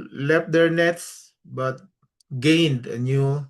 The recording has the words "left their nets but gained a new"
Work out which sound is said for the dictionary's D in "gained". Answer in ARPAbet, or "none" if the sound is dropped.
D